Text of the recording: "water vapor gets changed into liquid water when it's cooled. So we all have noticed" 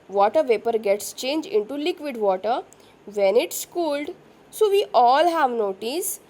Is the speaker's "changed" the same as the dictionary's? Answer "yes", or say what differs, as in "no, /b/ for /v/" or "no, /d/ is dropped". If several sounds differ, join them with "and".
no, /d/ is dropped